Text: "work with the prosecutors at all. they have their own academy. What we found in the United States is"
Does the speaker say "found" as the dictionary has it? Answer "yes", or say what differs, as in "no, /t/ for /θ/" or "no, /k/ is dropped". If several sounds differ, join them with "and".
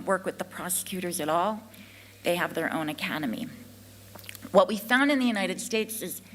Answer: yes